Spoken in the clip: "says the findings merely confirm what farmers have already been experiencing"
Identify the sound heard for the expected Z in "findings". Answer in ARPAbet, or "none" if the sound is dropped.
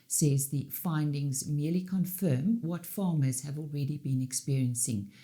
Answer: Z